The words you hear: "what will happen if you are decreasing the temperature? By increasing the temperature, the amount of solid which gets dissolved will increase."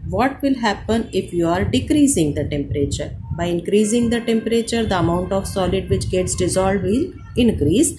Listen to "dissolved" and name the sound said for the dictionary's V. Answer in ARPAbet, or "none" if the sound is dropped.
none